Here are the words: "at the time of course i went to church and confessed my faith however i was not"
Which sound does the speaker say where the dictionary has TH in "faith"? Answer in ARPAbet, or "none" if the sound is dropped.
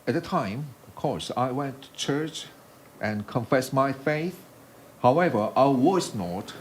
TH